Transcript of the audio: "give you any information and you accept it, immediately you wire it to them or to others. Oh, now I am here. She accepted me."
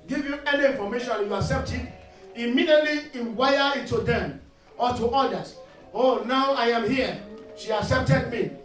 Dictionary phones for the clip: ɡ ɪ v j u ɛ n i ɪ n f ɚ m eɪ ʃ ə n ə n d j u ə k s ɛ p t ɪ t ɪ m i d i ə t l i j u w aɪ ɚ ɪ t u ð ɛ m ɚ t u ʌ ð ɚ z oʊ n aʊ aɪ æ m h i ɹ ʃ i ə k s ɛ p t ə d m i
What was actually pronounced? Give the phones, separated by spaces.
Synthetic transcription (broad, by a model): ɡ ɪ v j u ɛ n i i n f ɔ m eɪ ʃ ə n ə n j u ə k s ɛ p t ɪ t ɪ m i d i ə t l i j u w aɪ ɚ ɪ t u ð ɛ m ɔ t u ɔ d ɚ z oʊ n aʊ aɪ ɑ m h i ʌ ʃ i ə k s ɛ p t ə d m i